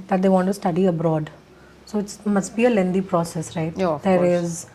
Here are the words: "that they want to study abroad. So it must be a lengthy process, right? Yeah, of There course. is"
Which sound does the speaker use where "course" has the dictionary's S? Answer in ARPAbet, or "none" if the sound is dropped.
none